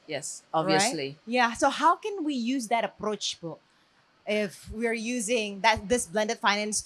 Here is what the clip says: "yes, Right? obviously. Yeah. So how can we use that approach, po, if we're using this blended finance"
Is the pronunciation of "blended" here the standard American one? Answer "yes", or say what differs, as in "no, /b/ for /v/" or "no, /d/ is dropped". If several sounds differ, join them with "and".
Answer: yes